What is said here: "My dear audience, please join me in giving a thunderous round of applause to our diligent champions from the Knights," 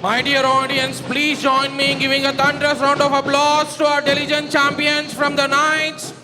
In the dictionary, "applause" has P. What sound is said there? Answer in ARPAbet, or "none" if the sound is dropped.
B